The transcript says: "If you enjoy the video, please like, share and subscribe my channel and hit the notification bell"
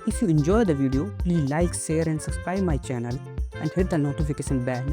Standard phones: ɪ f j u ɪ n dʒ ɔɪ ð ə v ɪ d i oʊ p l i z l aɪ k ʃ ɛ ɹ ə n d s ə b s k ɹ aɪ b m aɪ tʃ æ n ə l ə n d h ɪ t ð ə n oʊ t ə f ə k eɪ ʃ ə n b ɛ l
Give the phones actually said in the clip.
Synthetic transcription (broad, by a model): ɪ f j u ɪ n dʒ ɔɪ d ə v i d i oʊ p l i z l aɪ k s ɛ ɹ ə n d s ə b s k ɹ aɪ m aɪ tʃ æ n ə l ə n d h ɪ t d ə n oʊ t ə f ə k eɪ ʃ ə n b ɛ